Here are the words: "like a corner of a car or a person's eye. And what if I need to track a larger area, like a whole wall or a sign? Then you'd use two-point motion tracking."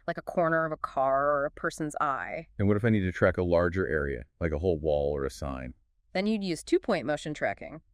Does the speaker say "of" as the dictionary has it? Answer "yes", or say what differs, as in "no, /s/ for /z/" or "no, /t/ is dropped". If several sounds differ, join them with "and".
yes